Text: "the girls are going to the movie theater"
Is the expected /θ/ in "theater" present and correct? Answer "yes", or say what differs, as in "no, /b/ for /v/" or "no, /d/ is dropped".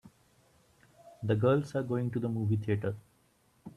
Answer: no, /t/ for /θ/